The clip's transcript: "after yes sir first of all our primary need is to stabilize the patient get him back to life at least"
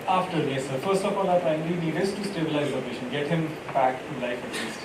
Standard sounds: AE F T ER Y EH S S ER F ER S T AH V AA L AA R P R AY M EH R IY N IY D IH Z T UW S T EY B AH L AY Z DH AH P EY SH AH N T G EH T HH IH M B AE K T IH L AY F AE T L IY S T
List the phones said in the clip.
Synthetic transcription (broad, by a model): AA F T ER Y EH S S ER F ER S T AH P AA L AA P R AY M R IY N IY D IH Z T UW S T EY B AH L AY Z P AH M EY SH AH N G EH T HH IH M B AE K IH L AY F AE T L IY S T